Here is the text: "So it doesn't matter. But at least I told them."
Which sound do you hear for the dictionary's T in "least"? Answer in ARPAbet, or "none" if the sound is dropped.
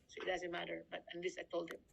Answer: none